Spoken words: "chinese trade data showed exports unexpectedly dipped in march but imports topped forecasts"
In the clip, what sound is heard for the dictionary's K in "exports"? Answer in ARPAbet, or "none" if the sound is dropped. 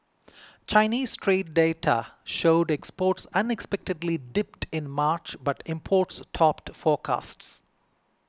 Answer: K